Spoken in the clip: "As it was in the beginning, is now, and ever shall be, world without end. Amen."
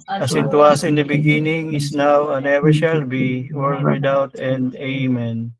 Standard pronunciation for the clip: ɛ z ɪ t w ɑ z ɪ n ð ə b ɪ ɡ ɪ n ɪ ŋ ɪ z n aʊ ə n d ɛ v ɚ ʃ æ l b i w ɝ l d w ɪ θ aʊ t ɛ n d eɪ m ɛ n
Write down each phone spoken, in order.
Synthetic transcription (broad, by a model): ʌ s ɪ t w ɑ s ɪ n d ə b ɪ ɡ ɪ n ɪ ŋ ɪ s n aʊ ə n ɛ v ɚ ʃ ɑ l b i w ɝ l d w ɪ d aʊ t ɛ n d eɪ m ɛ n